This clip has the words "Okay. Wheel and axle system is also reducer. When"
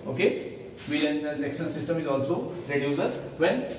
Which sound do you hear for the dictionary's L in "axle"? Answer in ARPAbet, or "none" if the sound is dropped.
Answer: N